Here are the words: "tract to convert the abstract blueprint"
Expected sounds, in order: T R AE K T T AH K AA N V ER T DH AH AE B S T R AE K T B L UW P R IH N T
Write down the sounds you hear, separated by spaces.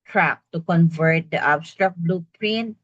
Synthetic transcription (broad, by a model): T R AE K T T AH K AA N V ER T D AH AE B S T R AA K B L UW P R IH N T